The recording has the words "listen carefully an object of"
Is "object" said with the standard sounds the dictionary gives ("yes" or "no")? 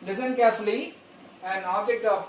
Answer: yes